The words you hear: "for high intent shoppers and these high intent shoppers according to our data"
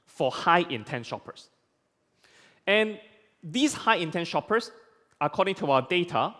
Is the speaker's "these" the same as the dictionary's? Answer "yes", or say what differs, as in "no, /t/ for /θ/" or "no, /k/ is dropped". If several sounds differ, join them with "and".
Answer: no, /s/ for /z/